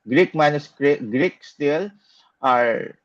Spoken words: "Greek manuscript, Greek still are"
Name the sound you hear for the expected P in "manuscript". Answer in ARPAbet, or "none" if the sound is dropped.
none